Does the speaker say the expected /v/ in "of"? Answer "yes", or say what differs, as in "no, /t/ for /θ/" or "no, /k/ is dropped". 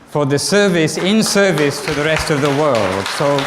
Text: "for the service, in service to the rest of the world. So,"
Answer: yes